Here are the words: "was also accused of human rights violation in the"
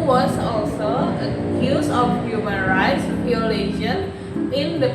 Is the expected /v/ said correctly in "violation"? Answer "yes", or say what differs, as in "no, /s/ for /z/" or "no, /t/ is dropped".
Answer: no, /p/ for /v/